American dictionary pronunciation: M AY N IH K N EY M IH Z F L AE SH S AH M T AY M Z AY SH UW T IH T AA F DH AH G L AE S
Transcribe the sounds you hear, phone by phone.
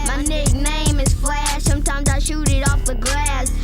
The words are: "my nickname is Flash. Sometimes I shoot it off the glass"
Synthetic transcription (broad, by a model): M AY N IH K N EY M IH Z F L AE S AH M T AY M Z AY SH UW T IH T AA F DH AH G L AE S